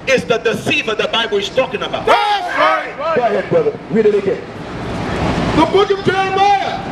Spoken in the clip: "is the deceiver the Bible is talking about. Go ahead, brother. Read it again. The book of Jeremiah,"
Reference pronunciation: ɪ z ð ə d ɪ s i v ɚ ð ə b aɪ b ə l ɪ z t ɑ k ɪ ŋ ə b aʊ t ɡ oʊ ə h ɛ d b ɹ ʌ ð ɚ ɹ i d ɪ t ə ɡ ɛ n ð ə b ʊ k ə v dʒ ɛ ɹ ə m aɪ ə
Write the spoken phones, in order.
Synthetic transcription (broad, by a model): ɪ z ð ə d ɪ s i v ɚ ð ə b aɪ b ə l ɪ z t ɑ k ɪ ŋ ə b aʊ t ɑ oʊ ə h ɛ d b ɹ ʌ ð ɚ w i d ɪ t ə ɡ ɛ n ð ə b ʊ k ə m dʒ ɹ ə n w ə